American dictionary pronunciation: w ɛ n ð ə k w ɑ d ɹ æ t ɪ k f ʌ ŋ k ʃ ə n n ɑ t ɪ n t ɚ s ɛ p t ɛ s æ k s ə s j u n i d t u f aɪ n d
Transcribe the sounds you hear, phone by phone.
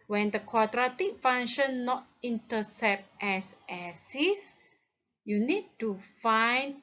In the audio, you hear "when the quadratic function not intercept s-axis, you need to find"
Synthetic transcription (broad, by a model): w ɛ n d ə k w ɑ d ɹ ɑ t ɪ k f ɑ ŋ ʃ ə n n ɑ t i n t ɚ s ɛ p t ɛ s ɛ s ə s j u n i d t u f aɪ n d